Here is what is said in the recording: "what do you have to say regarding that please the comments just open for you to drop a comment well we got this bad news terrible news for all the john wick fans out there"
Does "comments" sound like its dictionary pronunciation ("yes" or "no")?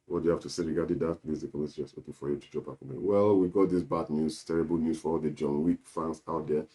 no